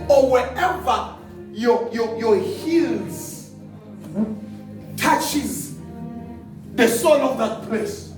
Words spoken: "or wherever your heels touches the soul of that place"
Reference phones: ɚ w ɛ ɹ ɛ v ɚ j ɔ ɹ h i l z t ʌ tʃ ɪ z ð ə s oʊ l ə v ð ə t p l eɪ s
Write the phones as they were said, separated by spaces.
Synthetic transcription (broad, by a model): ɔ w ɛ ɛ v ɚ j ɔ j h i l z t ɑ tʃ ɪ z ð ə s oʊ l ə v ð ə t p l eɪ s